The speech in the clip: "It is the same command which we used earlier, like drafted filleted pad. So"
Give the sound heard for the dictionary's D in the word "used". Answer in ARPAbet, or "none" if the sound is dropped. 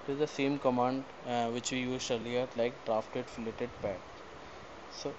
none